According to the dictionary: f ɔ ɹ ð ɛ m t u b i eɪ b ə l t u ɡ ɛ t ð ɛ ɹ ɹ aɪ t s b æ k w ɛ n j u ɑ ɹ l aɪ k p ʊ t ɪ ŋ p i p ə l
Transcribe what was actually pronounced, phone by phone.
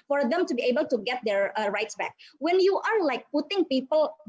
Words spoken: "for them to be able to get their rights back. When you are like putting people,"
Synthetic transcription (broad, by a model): f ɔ ɹ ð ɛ m t u b i eɪ b ə l t u ɡ ɛ t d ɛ ɹ ɹ aɪ t s b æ k w ɛ n j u ɑ ɹ l aɪ k p ʊ t ɪ ŋ p i p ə l